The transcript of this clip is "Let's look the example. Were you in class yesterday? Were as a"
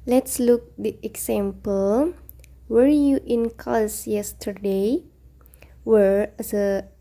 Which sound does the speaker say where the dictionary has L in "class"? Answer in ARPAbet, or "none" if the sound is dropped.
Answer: none